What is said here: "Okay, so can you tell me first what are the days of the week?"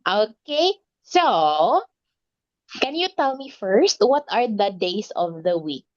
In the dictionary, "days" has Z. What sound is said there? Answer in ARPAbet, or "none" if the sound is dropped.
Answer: S